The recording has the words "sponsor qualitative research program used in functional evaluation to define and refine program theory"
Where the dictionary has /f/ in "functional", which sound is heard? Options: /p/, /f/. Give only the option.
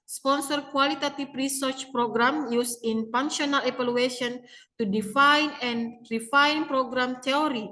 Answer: /p/